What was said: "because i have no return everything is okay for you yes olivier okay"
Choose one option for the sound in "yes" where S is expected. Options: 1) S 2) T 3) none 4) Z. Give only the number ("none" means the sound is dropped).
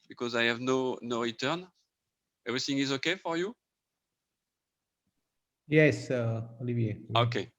1